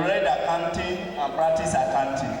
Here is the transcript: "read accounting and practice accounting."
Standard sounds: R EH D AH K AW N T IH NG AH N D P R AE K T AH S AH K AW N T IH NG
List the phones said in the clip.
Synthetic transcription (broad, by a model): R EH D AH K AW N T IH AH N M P R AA T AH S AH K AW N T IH